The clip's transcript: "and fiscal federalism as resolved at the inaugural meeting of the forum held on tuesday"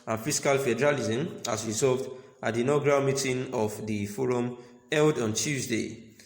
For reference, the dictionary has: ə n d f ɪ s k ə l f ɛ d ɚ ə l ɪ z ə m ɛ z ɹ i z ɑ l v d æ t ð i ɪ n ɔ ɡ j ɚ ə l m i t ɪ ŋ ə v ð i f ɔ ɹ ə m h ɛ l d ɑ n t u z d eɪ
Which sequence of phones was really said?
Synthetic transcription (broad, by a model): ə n f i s k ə l f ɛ d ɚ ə l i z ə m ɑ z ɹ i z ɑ v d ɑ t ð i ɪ n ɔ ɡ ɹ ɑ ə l m i t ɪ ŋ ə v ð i f ɔ ɹ ə m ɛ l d ɑ n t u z d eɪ